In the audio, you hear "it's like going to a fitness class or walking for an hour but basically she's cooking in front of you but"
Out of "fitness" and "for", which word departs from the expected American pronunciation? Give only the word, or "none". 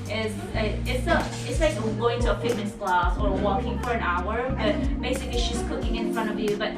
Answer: fitness